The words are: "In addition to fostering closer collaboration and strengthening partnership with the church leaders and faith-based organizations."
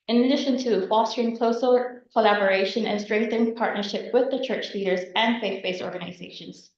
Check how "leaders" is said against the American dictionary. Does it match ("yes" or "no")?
yes